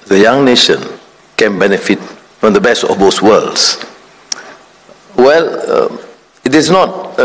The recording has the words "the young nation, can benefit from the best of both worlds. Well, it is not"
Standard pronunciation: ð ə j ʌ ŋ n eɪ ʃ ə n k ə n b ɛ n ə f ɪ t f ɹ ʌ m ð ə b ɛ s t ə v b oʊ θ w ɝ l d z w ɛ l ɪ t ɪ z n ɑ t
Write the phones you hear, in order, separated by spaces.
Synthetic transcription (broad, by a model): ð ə j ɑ ŋ n eɪ ʃ ə n k ə n b ɛ n ə f ɪ t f ɹ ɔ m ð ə b ɛ s t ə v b oʊ s w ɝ l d s w ɛ l ɪ t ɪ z n ɑ t